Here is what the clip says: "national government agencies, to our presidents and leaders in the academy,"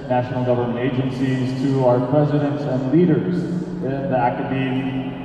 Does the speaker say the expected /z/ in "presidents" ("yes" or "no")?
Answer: yes